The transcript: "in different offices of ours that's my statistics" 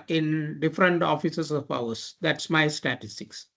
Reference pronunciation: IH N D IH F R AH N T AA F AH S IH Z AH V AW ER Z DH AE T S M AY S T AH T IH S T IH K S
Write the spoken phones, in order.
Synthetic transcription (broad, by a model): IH N D IH F R AH N T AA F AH S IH S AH P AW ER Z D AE T S M AY S T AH T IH S T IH K S